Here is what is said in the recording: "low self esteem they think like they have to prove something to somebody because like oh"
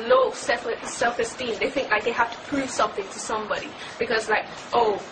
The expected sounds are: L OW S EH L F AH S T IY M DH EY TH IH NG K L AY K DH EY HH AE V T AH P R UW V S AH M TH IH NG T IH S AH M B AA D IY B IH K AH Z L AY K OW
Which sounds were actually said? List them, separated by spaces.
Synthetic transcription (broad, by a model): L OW S EH L F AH S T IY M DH EY TH IH NG K L AY K DH EY HH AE F T AH P R UW V S AH M TH IH NG T IH S AH M B AA D IY B IH K AH Z L AY K OW